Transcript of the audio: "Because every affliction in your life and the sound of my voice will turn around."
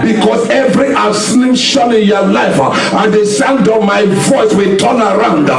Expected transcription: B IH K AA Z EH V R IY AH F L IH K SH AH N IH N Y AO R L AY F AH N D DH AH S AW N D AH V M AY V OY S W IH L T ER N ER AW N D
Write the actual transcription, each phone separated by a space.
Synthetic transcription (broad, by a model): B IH K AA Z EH V R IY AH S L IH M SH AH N IH N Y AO L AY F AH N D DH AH S AW N D AH V M AY V OY S W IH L T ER N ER AW N D